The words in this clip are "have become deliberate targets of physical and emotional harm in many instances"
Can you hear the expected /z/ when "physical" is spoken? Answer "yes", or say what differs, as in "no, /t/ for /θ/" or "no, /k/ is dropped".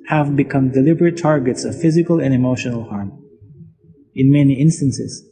yes